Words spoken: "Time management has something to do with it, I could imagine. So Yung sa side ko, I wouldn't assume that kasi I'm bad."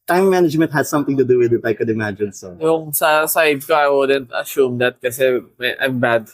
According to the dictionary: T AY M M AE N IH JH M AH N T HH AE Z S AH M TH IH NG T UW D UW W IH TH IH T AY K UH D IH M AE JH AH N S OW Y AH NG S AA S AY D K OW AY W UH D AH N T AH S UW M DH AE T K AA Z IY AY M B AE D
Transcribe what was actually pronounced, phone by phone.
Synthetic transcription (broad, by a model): T AY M M AE N IH JH M AH N T HH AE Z S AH M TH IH NG T UW D UW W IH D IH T AY K UH D IH M AE JH AH N S OW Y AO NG S AA S AY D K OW AY W UH D AH N T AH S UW M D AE T K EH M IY AY M B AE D